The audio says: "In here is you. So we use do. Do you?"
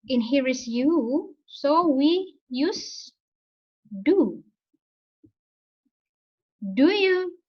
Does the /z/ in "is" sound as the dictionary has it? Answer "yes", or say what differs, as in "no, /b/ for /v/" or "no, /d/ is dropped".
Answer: no, /s/ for /z/